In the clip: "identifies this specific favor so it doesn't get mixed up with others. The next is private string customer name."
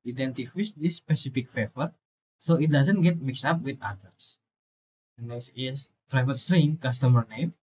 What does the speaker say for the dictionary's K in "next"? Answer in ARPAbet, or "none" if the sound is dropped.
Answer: none